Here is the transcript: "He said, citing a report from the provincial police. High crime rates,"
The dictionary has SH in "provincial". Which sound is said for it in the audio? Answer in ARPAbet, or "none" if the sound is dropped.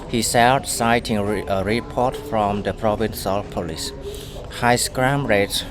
S